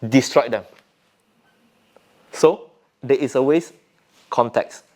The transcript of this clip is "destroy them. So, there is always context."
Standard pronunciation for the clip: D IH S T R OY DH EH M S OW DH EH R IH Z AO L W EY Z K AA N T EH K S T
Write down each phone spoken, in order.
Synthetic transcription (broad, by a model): D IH S T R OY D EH M S OW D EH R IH S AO W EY S K AA N T EH K S